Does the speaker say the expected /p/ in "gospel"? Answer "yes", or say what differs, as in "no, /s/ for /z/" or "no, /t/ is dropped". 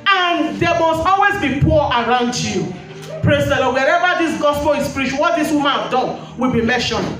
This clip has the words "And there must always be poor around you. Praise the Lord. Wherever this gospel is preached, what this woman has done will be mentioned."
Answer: no, /f/ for /p/